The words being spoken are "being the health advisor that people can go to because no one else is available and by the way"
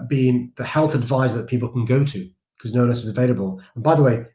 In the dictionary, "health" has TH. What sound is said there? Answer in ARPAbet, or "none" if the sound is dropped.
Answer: TH